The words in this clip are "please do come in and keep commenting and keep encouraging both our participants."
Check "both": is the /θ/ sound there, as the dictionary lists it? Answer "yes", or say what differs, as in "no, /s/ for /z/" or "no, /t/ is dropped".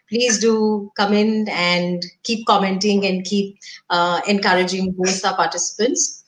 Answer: no, /s/ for /θ/